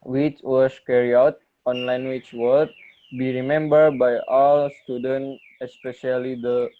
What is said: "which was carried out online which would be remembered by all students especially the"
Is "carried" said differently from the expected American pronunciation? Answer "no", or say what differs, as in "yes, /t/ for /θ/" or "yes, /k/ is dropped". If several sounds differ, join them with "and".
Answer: yes, /d/ is dropped